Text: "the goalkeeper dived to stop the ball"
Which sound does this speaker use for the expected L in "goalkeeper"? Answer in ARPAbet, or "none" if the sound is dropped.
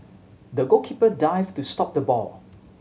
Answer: none